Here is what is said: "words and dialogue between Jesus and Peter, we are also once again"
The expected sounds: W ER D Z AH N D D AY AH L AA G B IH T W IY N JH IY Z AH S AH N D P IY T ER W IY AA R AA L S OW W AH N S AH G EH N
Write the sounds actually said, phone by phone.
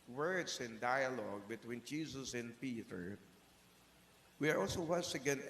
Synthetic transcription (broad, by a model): W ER D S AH N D D AY AH L AA G B IH T W IY N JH IY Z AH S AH N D P IY T ER W IY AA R AA L S OW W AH S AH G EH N